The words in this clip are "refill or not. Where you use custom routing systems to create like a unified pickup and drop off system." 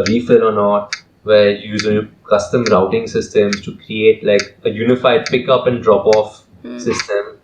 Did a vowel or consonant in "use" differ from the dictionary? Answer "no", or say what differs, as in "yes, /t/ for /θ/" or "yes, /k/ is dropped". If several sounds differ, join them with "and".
yes, /s/ is dropped